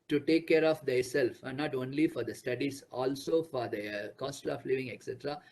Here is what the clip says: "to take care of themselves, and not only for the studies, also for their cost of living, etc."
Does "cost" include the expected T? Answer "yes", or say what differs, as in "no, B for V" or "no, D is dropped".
yes